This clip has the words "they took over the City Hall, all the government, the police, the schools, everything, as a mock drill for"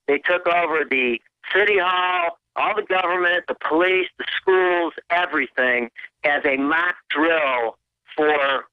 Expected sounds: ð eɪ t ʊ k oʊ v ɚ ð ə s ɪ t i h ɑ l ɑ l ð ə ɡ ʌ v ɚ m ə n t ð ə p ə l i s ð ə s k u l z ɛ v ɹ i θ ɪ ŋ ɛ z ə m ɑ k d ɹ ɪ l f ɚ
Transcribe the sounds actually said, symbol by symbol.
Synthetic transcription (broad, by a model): ð eɪ t ʊ k oʊ v ɚ ð ə s ɪ t i h ɑ l ɑ l ð ə ɡ ʌ v ɚ m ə n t ð ə p ə l i s ð ə s k u l z ɛ v ɹ i θ ɪ ŋ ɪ z ə m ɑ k d ɹ ɪ l f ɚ